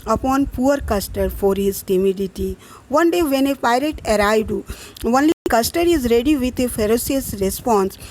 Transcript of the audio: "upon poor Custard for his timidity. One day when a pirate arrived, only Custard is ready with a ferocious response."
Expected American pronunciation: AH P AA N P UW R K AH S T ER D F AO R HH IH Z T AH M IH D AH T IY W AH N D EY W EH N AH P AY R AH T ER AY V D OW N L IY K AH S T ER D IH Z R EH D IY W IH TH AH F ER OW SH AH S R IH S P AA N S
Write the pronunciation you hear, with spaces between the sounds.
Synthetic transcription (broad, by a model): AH P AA N P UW R K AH S T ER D F AO R HH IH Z T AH M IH D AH T IY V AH N D EY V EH N AH P AY R AH T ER AY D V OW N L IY K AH S T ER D IH Z R EH D IY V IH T AH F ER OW S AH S R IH S P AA N S